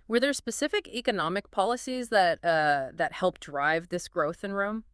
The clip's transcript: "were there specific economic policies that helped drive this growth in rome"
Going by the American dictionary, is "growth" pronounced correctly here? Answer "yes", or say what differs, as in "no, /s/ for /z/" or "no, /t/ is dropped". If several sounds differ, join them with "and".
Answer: yes